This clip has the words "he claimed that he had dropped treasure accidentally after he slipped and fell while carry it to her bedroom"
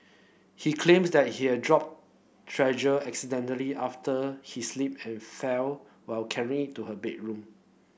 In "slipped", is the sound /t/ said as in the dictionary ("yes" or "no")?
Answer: no